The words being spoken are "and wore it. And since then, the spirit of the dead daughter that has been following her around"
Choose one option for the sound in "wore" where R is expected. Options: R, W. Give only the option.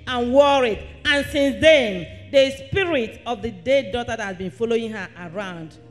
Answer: R